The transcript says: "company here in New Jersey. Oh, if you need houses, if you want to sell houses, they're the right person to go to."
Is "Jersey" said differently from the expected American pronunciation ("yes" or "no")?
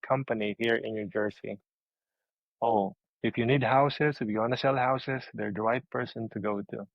yes